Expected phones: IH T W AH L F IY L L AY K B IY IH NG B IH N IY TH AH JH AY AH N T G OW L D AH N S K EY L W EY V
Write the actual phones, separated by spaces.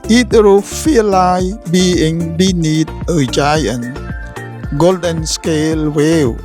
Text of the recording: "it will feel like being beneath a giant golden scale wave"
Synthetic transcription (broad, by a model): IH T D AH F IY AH L AY B IY IH NG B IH N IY T AH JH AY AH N G OW L D AH N S K EY L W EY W